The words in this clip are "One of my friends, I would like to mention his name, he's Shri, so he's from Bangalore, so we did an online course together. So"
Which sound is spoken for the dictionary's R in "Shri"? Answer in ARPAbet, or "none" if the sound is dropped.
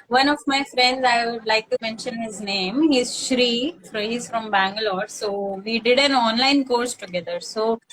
R